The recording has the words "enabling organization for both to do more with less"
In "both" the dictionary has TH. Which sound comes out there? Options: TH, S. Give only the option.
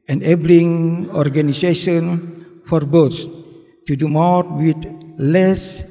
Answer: S